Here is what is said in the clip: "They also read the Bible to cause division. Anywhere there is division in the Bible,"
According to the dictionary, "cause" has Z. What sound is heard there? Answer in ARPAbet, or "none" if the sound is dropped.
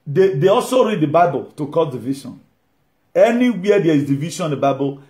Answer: none